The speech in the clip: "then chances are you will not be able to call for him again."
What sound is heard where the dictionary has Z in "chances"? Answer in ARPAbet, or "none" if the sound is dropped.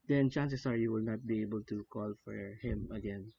S